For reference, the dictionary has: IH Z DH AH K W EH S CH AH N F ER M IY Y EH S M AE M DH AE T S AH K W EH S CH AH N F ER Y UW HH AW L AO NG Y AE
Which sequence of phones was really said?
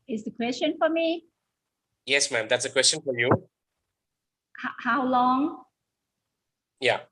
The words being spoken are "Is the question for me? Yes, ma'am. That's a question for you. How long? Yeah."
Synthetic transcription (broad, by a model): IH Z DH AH K W EH S CH AH N F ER M IY Y EH S M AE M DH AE T S AH K W EH S CH AH N F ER Y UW HH AW L AO NG Y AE